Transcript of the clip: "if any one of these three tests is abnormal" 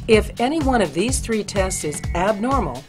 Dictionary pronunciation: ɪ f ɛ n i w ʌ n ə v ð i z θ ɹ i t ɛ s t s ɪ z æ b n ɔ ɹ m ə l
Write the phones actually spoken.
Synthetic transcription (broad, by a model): ɪ f ɛ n i w ʌ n ə v ð i z θ ɹ i t ɛ s t s ɪ z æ b n ɔ ɹ m l